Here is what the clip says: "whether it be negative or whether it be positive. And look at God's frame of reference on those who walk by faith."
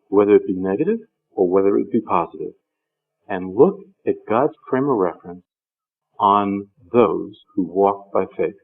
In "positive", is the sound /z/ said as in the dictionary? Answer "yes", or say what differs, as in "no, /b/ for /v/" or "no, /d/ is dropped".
yes